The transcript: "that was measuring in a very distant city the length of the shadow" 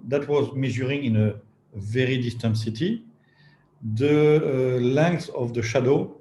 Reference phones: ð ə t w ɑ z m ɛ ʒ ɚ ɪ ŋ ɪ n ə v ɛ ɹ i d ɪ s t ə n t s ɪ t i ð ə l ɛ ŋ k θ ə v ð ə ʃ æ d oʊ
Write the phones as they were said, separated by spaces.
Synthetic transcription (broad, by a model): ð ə t w ɑ z m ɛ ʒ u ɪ ŋ ɪ n ə v ɛ ɹ i d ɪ s t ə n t s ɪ t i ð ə l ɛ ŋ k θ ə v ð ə ʃ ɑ d oʊ